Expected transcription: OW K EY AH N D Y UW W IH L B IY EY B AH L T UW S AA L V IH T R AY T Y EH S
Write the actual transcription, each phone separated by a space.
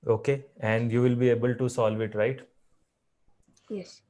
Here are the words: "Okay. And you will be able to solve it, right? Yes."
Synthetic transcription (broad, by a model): OW K EY AH N D Y UW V IH L B IY EY B AH L T UW S AA L V IH T R AY T Y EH S